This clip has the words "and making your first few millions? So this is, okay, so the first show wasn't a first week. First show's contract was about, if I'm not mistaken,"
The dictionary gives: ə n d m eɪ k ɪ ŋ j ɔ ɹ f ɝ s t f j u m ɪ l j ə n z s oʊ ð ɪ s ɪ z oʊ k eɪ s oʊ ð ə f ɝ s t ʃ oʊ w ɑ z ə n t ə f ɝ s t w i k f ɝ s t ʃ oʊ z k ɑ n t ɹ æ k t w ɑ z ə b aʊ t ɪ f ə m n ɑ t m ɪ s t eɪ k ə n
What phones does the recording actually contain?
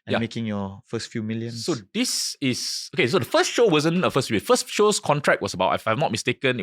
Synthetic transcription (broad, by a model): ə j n m eɪ k ɪ ŋ j ɔ f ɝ s t f j u m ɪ l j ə n s oʊ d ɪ s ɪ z oʊ k eɪ s oʊ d ə f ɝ s t ʃ oʊ w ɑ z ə n ə f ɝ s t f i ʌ f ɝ s t ʃ oʊ s k ɑ n t ɹ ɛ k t w ɑ s ə b aʊ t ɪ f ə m n ɑ t m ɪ s t eɪ k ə n